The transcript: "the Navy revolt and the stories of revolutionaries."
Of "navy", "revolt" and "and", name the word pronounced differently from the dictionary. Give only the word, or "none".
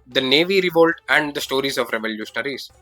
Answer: none